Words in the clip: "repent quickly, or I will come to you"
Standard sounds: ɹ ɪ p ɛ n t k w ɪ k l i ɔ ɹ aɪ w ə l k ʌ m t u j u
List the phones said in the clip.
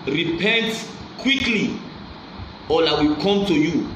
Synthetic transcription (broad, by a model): ɹ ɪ p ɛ n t k w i k l i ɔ l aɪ w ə k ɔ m t u j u